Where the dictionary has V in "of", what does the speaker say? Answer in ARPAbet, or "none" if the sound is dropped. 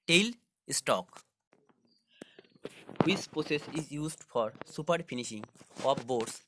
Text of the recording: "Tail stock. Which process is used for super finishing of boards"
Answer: P